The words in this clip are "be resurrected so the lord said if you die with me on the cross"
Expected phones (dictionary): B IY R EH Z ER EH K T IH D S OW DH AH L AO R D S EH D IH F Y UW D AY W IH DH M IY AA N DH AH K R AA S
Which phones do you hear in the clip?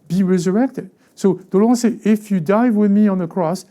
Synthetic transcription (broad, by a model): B IY R EH Z ER EH K T IH D S OW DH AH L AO S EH IH F Y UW D AY W IH DH M IY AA N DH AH K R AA S